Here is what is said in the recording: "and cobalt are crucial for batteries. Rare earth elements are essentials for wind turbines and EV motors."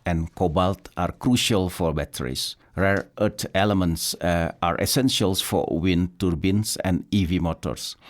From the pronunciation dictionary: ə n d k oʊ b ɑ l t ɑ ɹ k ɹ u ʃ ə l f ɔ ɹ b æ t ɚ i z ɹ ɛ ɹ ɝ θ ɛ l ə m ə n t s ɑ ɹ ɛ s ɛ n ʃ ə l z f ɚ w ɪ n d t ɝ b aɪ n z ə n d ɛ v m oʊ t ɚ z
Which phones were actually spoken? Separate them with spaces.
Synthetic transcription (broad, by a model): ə n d k oʊ b ɑ l t ɑ ɹ k ɹ u ʃ ə l f ɔ ɹ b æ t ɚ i s ɹ ɛ ɹ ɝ t ɛ l ə m ə n t s ɑ ɹ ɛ s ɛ n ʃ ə l s f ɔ w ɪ n t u b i n s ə n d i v m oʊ t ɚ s